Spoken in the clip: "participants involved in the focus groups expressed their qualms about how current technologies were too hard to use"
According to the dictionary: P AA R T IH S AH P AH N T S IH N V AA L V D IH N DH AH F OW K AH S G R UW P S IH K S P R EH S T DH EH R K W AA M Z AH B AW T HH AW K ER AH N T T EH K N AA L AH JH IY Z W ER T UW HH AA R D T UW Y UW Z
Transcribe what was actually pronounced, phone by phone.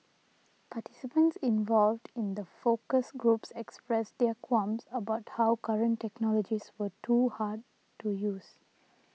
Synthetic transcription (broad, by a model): P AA T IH S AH P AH N T S IH N V AA L V D IH N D AH F OW K AH S G R UW P S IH K S P R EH S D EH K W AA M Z AH B AW T HH AW K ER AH N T T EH K N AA L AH JH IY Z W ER T UW HH AA D T UW Y UW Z